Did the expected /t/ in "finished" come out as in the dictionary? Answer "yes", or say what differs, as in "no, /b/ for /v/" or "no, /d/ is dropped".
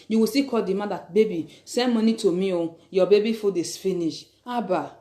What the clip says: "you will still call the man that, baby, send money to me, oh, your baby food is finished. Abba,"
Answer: no, /t/ is dropped